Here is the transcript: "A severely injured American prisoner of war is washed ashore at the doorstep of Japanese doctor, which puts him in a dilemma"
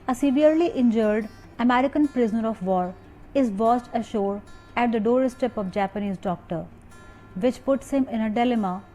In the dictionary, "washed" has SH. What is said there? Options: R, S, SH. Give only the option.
S